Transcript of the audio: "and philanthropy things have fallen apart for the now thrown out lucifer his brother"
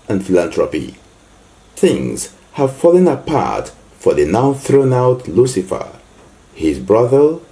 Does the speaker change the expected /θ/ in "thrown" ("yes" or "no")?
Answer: no